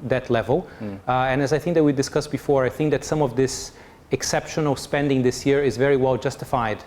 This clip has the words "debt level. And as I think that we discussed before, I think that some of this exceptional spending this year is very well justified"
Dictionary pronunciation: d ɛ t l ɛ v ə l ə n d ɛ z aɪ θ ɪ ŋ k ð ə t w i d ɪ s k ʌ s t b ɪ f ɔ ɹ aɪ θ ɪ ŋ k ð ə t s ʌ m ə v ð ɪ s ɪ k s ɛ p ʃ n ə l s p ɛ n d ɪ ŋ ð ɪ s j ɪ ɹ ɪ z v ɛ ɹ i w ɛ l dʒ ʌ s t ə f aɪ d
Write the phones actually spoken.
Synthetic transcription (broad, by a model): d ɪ t l ɛ v ə l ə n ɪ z aɪ θ ɪ ŋ k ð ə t w i d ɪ s k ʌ s b ɪ f ɔ ɹ aɪ θ ɪ ŋ k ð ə t s ʌ m ə v ð ɪ s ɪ k s ɛ p ʃ ə n s p ɛ n d ɪ ŋ ð ɪ s j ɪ ɹ ɪ z v ɛ ɹ i w ɛ l dʒ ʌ s t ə f aɪ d